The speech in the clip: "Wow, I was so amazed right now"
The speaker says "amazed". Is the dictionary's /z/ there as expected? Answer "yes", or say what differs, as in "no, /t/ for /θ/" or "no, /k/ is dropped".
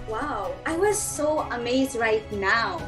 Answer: yes